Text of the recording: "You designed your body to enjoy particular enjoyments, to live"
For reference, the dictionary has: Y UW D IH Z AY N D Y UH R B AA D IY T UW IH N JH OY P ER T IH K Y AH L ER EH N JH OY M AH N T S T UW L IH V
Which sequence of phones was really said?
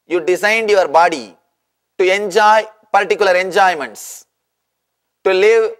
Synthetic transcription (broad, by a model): Y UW D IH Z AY N D Y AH R B AA D IY T UW IH N JH OY P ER T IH K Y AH L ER EH N JH OY M AH N T S T UW L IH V